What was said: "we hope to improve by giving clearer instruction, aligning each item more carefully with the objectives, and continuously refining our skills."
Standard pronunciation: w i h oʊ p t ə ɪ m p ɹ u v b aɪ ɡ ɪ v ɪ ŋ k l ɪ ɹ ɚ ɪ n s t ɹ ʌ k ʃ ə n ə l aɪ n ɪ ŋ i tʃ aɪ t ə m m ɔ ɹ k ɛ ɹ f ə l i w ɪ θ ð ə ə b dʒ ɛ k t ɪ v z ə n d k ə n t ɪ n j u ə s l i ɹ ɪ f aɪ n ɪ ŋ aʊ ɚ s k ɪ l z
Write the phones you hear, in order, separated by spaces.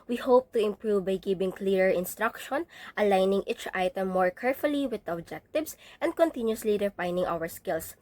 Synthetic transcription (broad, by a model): w i h oʊ p t ə ɪ m p ɹ u v b aɪ ɡ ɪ b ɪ ŋ k l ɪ ɹ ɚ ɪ n s t ɹ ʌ k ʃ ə n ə l aɪ n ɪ ŋ i tʃ aɪ t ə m m ɔ ɹ k ɛ ɹ f ə l i w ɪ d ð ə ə b dʒ ɛ k t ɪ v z ə n d k ə n t ɪ n j u ə s l i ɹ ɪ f aɪ n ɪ ŋ aʊ ɚ s k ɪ l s